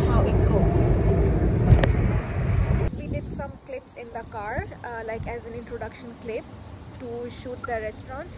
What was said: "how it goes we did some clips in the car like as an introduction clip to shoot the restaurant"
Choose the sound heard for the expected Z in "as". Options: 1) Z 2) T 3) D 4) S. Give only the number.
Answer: 1